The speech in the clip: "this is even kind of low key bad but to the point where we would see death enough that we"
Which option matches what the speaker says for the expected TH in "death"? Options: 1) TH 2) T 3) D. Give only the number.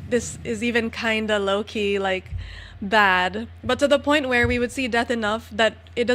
1